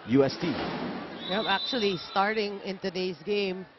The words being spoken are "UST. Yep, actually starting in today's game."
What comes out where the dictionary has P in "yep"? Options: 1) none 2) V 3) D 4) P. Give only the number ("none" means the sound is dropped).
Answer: 1